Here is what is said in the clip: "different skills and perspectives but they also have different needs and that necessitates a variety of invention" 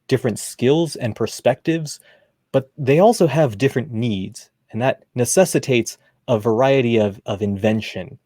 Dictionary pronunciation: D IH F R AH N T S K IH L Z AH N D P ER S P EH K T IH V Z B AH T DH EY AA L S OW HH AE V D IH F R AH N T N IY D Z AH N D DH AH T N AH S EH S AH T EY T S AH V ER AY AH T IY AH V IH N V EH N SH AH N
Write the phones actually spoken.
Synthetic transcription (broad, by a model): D IH F R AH N T S K IH L Z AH N P ER S P EH K T IH V Z B AH T DH EY AA L S OW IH V D IH F R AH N N IY D Z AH N DH AH T N AH S EH S AH T EY T S AH V ER AY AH T IY AH V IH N V EH N SH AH N